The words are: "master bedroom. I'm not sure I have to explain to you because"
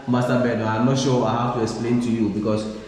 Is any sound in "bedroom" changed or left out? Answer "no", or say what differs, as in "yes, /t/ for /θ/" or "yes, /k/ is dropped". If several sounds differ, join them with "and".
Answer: yes, /ɹ/ is dropped and /m/ is dropped